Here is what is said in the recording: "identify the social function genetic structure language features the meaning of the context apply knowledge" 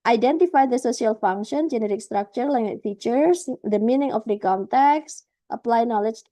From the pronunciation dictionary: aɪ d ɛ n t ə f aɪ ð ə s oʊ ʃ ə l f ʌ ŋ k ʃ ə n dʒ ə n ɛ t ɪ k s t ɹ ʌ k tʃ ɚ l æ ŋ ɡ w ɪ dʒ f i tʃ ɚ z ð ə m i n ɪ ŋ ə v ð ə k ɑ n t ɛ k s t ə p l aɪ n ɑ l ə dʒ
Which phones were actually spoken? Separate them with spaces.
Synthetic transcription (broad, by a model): aɪ d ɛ n t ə f aɪ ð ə s oʊ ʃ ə l f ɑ ŋ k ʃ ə n dʒ ə n ɛ t ɪ k s t ɹ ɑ k tʃ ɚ l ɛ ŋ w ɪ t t i tʃ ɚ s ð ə m i n ɪ ŋ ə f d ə k ɑ n t ɛ k s t ə p l aɪ n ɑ l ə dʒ